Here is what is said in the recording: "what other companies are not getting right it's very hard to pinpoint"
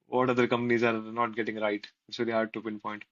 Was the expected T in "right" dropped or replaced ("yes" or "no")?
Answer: yes